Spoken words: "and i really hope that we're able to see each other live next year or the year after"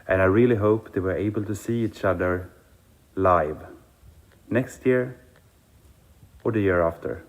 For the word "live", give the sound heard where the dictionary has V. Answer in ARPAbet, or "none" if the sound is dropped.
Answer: V